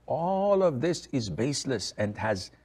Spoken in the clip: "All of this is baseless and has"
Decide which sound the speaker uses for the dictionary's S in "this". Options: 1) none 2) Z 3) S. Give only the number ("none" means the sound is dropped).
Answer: 3